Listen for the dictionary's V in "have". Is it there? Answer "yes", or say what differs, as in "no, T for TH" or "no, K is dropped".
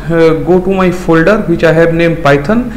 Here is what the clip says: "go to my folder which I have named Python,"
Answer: no, B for V